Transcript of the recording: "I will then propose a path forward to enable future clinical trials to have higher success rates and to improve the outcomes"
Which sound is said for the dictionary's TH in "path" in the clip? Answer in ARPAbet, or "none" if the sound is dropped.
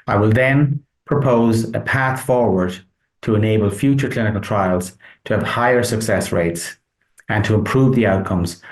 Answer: TH